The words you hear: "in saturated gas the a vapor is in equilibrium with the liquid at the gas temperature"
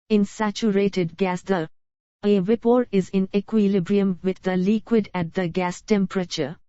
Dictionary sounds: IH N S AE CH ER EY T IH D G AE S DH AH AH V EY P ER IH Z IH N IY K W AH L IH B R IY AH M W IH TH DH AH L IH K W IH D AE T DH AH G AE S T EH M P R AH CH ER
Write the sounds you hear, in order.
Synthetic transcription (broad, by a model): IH N S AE CH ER EY T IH D G AE S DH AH AH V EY P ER IH Z IH N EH K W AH L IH B R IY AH M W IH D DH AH L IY K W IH D AE T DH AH G AE S T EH M P R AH CH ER